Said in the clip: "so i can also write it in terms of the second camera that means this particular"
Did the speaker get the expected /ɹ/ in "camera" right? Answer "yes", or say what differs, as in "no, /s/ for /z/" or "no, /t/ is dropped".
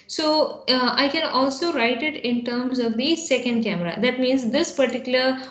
yes